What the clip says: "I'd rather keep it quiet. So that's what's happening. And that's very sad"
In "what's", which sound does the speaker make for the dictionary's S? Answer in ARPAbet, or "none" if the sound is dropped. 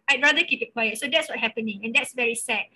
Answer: none